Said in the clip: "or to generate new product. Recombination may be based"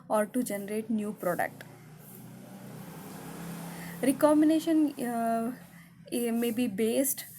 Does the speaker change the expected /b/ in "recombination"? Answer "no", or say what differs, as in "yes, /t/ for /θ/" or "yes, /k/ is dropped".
yes, /b/ is dropped